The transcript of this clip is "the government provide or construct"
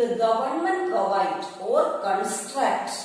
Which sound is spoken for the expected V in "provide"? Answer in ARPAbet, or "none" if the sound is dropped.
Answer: none